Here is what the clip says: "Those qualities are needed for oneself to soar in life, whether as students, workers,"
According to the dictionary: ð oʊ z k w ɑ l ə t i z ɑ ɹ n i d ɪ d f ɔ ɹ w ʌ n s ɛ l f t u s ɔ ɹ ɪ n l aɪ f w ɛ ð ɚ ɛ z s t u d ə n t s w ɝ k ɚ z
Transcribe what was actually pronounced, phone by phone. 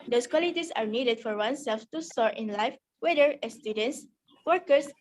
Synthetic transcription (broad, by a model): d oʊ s k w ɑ l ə t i s ɑ ɹ n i d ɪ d f ɔ ɹ w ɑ n s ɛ l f t u s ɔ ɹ ɪ n l aɪ f w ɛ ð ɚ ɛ s t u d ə n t s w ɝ k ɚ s